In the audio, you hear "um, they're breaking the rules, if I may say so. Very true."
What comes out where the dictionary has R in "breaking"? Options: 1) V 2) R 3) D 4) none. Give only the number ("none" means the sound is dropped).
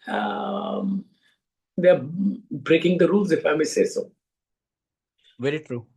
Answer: 2